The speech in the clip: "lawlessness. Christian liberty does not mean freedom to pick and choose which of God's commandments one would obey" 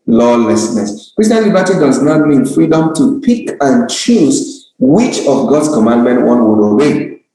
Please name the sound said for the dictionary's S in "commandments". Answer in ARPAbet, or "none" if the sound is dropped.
none